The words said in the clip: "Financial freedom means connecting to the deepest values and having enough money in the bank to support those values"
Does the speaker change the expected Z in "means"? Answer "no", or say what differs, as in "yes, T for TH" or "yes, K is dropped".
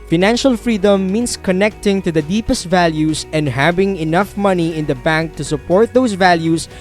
yes, S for Z